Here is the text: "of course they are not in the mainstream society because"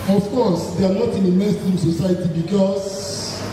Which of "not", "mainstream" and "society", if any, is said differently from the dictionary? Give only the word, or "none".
mainstream